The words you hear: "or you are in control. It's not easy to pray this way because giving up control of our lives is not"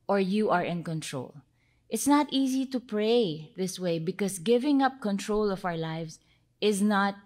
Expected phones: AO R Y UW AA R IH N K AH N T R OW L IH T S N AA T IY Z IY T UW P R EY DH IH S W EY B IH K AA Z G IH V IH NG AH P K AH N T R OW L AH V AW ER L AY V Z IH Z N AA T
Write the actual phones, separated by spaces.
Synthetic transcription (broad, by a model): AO R Y UW AA R IH N K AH N T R OW L IH T S N AA T IY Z IY T UW P R EY DH IH S W EY B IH K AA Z G IH V IH NG AH P K AH N T R OW L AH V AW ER L AY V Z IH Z N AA T